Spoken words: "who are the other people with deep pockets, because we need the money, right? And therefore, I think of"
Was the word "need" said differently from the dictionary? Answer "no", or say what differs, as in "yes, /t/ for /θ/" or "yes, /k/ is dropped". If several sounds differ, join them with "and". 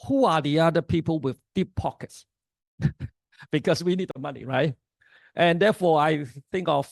no